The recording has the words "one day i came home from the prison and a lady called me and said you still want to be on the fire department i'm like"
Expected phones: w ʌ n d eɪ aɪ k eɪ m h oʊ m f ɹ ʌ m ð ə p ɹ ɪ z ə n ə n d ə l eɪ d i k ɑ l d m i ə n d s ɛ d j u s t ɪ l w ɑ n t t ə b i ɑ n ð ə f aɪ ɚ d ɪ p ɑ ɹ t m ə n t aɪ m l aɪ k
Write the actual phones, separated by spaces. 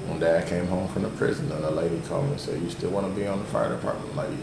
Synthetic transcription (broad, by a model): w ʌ n d eɪ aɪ k eɪ m h oʊ m f ɹ ʌ m ð ə p ɹ ɪ z ə n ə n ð ə l eɪ d i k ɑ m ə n s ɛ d j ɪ s t ɪ l w ɑ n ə b i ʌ n ð ə f aɪ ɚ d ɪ p ɑ ɹ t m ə n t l aɪ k